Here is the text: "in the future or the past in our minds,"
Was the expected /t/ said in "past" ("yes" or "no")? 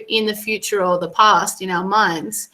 yes